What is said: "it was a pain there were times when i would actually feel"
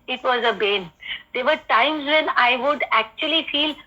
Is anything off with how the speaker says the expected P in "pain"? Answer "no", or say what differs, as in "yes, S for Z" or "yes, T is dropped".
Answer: yes, B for P